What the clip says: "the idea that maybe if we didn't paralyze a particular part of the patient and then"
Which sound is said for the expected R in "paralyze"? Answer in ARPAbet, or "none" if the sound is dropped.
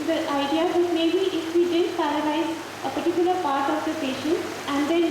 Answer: L